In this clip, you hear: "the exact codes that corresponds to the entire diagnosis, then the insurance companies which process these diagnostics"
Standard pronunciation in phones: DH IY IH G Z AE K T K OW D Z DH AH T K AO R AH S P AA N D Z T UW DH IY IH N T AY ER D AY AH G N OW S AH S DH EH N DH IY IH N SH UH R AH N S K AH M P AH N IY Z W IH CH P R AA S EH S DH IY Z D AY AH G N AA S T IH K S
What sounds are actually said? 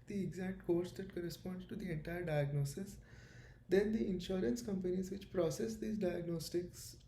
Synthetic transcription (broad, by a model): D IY IH G Z AE K T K OW D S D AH T K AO R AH S P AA N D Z T UW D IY IH N T AY ER D AY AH G N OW S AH S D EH N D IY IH N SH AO R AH N S K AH M P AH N IY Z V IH CH P R AA S EH S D IY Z D AY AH G N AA S T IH K S